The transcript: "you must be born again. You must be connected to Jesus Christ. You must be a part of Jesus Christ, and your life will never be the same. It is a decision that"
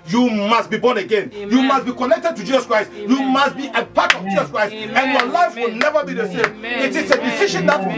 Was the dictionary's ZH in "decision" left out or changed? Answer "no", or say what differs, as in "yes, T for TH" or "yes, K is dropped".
yes, SH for ZH